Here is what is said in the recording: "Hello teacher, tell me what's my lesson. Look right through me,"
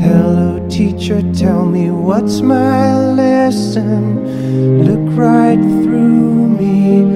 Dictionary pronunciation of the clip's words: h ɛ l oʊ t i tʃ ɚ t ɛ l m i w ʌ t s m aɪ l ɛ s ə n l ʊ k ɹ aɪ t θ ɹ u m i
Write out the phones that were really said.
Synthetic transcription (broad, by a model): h ɛ l oʊ t i tʃ ɚ t ɛ l m i w ʌ t s m aɪ l ɛ s ə n l ʊ k ɹ aɪ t θ ɹ u m i